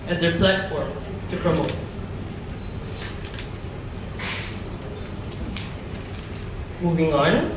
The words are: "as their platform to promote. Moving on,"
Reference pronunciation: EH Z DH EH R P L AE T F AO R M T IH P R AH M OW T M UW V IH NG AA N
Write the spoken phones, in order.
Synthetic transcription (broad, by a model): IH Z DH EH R P L AE T F AO R M T IH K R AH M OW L M UW V IH NG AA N